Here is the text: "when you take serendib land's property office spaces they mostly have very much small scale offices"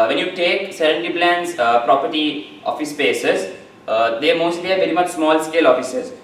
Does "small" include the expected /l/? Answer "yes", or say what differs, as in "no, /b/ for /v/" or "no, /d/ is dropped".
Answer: yes